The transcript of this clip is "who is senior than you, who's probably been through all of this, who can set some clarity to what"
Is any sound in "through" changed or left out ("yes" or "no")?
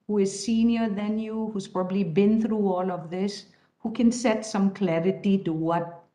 no